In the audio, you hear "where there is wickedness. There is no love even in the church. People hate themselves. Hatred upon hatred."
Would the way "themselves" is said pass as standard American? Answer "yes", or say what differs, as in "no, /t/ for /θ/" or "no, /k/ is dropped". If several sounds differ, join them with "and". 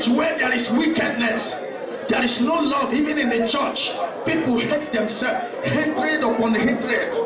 no, /z/ is dropped